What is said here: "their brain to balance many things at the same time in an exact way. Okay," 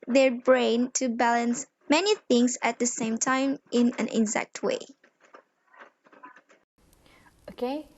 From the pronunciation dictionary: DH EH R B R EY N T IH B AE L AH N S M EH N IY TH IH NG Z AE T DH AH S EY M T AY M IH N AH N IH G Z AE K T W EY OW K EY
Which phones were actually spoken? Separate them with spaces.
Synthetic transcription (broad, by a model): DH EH R B R EY N T IH B AE L AH N S M EH N IY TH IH NG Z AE T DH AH S EY M T AY M IH N AH N IH G Z AE K T W EY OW K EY